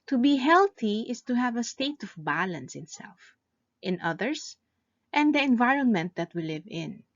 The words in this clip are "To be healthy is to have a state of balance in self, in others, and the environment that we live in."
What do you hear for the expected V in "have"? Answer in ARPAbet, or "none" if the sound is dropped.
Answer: V